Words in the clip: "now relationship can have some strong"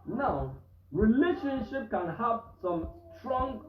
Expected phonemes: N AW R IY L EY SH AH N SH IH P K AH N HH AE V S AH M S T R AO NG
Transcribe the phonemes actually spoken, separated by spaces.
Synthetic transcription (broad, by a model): N AW R IY L EY SH AH N SH IH P K AH N HH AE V S AH M S T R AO NG